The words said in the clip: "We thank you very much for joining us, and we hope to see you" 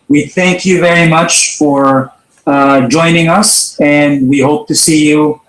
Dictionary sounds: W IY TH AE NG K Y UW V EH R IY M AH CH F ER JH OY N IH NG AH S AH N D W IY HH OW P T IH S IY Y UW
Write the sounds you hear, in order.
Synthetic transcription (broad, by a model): W IY TH AE NG K Y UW V EH R IY M AH CH F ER JH OY N IH NG AH S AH N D W IY HH OW P T IH S IY Y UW